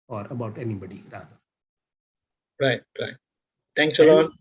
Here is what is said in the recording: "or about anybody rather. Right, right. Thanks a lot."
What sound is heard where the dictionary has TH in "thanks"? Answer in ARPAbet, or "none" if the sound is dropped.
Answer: T